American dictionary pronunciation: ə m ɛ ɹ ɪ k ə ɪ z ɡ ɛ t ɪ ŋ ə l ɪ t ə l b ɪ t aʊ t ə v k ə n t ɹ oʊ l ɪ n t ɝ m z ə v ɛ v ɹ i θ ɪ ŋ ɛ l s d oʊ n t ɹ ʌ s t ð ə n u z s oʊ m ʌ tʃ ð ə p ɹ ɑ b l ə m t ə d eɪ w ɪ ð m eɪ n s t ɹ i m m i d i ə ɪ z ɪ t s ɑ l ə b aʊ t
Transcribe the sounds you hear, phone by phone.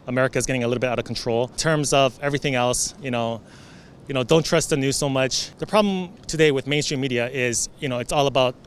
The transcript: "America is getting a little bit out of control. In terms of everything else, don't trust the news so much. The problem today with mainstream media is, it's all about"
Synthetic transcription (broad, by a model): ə m ɛ ɹ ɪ k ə ɪ z ɡ ɛ t ɪ ŋ ə l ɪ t l b ɪ t aʊ t ə v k n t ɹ oʊ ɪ l t ɝ m z ə v ɛ v ɹ i θ ɪ ŋ ɛ l s d oʊ n t ɹ ʌ s t ð ə n u z s oʊ m ʌ tʃ ð ə p ɹ ɑ b l ə m t ə d eɪ w ɪ ð m eɪ n s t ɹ i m m i d i ə ɪ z ɪ t s ɑ l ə b aʊ t